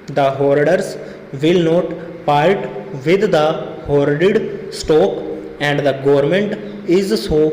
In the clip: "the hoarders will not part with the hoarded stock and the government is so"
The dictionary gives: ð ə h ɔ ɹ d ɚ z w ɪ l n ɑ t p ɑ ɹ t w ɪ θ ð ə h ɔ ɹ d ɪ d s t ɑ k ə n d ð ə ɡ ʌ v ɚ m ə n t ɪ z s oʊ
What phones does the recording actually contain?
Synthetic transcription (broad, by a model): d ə h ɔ ɹ d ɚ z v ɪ l n ɑ t p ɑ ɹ t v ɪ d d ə h ɔ ɹ d ɪ d s t ɑ k ə n d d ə ɡ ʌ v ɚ m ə n t ɪ z s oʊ